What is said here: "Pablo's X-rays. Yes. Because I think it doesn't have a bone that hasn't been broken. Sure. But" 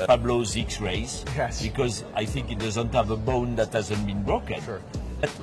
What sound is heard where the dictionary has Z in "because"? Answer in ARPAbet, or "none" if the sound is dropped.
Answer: Z